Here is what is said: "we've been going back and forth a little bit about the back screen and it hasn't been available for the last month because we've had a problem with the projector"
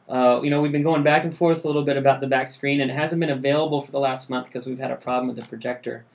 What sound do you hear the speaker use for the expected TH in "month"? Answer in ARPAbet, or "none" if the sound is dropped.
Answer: TH